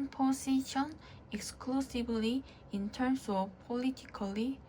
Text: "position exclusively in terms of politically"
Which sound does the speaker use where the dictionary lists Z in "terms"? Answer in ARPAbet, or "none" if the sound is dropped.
S